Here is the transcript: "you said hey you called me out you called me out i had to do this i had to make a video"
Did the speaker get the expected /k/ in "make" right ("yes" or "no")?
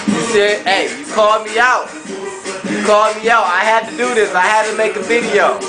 yes